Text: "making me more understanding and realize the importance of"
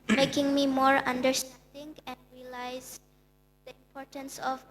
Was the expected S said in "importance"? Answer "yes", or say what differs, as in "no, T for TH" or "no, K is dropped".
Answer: yes